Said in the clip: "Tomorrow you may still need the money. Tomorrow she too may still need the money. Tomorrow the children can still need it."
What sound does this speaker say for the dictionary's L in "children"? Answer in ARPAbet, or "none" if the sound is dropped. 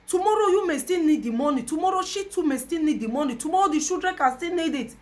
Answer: none